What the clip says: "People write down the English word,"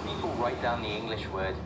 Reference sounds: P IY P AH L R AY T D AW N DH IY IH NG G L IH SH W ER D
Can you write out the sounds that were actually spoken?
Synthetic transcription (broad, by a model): P IY P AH L R AY T D AW N DH IY IH NG G L IH SH W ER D